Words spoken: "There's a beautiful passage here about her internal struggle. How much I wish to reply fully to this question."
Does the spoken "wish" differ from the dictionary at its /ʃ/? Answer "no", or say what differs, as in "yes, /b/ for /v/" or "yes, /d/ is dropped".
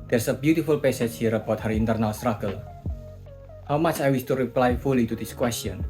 yes, /s/ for /ʃ/